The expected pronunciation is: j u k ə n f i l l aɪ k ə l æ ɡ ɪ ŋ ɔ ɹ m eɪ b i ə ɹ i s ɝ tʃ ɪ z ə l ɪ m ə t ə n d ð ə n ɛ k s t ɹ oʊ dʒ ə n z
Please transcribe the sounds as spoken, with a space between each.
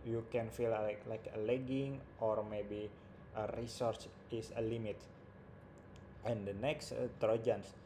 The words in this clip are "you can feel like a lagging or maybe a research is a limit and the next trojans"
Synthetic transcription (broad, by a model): j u k ə n f i l l aɪ k ə l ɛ ɡ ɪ ŋ ɔ ɹ m eɪ b i ə ɹ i s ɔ s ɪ s ə l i m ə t ə n d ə n ɛ k s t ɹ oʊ dʒ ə n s